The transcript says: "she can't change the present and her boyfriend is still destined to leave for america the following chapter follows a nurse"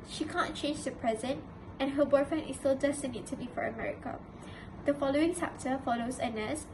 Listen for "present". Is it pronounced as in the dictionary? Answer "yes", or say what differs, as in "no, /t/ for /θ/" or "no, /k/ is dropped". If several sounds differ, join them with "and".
yes